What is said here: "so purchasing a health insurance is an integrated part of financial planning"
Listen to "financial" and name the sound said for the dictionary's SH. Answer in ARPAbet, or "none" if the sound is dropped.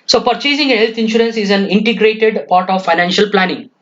SH